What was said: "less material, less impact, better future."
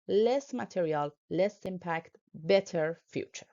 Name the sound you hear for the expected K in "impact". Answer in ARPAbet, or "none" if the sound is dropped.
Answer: K